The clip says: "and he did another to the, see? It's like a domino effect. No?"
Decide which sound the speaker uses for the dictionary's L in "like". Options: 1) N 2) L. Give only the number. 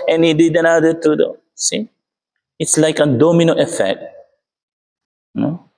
2